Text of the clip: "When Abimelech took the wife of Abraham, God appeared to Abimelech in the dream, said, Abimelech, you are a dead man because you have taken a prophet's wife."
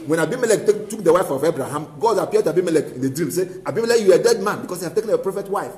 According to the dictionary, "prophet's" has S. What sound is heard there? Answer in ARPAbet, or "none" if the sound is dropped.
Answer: none